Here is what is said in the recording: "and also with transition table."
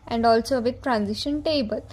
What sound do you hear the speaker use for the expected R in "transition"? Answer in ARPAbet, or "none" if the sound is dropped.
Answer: R